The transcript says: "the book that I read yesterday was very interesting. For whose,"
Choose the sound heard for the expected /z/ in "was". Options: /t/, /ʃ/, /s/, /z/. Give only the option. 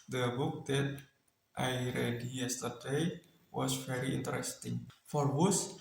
/s/